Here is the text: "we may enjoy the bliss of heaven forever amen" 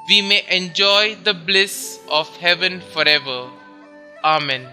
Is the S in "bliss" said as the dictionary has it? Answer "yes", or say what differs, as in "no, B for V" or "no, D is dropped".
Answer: yes